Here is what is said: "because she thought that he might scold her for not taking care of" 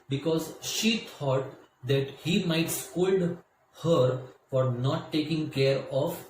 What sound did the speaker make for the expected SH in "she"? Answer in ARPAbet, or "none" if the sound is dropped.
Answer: SH